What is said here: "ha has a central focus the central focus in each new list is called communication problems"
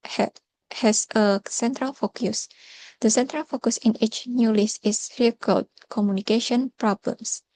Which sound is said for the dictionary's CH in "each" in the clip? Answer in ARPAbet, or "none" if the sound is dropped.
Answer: CH